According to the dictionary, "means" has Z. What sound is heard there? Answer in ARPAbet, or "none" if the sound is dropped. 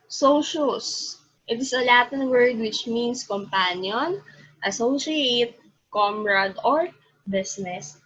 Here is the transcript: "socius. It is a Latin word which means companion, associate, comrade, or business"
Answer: S